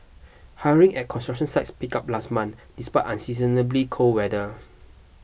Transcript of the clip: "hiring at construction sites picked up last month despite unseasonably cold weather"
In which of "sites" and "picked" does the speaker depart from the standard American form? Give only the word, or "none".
picked